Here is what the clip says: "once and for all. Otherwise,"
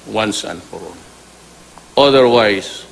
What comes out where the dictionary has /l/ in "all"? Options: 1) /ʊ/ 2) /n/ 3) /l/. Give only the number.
2